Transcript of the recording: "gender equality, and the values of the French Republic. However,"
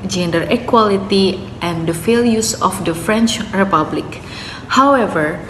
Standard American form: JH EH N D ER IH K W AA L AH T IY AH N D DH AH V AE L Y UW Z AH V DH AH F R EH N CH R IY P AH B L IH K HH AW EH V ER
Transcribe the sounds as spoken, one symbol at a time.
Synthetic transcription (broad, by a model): JH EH N D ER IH K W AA L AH T IY AH N D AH F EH L Y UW S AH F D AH F R EH N CH R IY P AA B L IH K HH AW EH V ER